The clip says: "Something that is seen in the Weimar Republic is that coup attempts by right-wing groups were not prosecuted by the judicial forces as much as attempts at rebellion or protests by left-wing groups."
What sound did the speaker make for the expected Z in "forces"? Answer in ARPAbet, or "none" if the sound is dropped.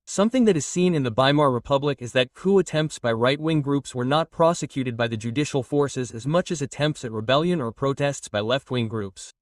Z